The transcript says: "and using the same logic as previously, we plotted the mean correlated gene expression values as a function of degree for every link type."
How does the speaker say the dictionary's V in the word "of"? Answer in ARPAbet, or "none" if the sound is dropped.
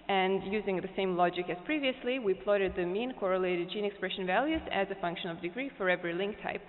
V